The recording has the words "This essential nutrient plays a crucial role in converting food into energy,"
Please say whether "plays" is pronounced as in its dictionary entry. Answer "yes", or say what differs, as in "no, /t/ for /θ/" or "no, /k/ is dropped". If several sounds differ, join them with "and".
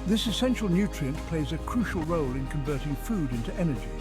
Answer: yes